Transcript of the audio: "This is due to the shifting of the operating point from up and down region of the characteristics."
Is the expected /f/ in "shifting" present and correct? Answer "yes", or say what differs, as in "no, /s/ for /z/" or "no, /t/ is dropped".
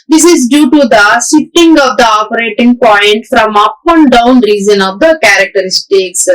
no, /f/ is dropped